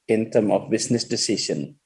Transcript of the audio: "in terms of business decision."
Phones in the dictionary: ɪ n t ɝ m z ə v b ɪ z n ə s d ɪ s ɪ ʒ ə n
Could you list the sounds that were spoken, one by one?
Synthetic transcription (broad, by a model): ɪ n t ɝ m ə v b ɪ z n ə s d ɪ s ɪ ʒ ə n